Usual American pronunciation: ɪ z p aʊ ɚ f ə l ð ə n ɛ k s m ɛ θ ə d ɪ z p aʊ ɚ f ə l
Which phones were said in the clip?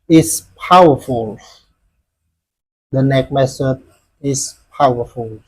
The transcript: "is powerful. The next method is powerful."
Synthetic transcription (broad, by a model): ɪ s p aʊ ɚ f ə l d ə n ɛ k m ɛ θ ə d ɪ s p aʊ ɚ f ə l